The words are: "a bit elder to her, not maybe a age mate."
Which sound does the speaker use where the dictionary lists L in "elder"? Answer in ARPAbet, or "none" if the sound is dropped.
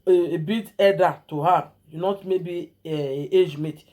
none